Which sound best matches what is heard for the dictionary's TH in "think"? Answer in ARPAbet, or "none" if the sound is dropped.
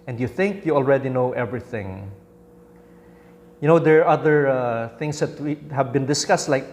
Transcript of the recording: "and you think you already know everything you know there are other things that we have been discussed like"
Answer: TH